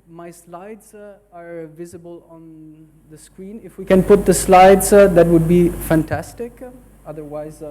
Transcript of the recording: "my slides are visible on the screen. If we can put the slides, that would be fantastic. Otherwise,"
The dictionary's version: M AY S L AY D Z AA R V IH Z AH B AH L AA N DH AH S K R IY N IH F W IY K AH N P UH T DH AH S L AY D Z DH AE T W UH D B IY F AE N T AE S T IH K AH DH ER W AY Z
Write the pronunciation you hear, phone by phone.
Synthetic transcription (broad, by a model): M AY S L AY D Z AA R V IH Z AH B AH L AA N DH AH S K R IY N IH F W IY K AH N P UH T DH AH S L AY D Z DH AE T W UH D B IY F AE N T AE S T IH K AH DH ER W AY Z